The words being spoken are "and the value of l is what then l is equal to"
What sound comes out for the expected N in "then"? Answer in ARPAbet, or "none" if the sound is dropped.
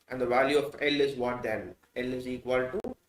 L